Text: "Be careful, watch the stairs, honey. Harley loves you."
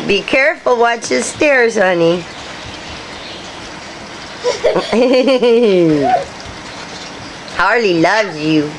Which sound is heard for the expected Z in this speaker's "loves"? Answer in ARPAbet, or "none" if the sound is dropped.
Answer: none